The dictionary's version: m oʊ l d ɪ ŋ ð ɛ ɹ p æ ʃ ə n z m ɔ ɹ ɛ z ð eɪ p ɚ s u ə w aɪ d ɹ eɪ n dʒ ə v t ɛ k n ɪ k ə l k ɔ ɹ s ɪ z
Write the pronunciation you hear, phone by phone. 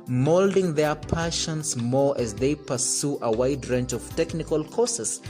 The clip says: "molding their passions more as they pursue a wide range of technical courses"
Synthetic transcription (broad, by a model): m oʊ l d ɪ ŋ ð ɛ ɹ p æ ʃ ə n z m ɔ ɹ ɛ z ð eɪ p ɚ s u ə w aɪ d ɹ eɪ n tʃ ə v t ɛ k n ɪ k ə l k ɔ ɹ s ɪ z